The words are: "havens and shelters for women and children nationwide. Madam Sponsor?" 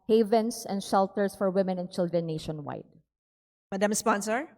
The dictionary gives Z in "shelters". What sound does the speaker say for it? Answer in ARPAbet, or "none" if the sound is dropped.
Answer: S